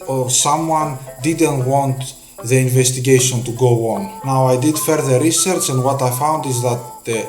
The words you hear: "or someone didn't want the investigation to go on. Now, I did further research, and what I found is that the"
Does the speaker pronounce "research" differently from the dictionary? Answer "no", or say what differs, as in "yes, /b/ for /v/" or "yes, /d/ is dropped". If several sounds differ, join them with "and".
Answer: no